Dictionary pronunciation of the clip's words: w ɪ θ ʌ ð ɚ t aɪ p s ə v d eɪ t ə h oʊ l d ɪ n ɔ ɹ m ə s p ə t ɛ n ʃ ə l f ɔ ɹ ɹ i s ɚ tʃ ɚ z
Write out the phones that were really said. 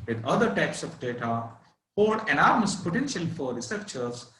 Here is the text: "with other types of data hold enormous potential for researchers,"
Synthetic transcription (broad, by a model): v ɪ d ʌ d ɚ t aɪ p s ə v d eɪ t ə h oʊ d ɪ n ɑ ɹ m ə s p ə t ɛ n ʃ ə l f ɔ ɹ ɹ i s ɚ tʃ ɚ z